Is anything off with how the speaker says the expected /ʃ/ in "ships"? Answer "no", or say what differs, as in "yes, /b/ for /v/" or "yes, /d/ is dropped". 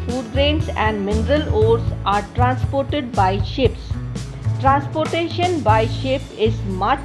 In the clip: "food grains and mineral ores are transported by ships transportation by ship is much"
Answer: no